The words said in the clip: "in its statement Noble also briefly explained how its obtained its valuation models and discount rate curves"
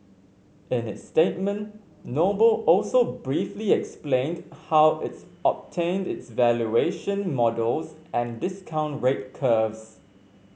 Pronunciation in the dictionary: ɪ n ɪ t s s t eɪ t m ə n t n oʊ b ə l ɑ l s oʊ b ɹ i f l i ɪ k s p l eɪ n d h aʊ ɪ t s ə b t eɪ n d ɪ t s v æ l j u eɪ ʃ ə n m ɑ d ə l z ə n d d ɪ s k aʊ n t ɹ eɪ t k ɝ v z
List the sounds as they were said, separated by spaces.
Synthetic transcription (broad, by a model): ɪ n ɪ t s s t eɪ t m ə n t n oʊ b ə l ɑ l s oʊ b ɹ i f l i ɪ k s p l eɪ n d h aʊ ɪ t s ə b t eɪ n d ɪ t s v æ l j u eɪ ʃ ə n m ɑ d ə l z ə n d d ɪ s k aʊ n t ɹ eɪ t k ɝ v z